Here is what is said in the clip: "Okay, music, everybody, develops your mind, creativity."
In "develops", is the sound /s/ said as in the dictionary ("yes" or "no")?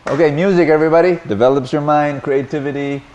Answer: yes